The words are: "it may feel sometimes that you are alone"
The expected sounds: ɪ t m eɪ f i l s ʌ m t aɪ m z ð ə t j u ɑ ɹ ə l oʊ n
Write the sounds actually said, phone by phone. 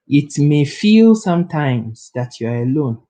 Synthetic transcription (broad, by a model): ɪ t m eɪ f i l s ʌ m t aɪ m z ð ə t j u ɑ ɹ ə l oʊ n